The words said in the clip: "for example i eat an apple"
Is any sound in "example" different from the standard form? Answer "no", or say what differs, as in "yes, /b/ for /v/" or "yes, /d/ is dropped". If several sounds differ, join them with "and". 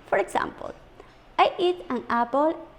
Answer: yes, /s/ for /z/